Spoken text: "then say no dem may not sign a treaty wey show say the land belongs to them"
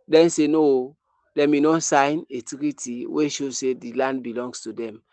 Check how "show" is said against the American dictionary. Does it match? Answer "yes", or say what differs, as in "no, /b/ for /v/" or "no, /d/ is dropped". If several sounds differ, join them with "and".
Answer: yes